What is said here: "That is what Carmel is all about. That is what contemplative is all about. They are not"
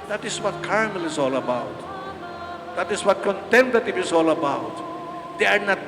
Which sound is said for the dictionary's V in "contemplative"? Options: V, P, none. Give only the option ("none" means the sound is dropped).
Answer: P